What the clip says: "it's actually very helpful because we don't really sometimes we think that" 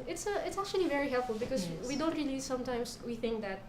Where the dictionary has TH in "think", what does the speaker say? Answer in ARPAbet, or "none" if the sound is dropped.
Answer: TH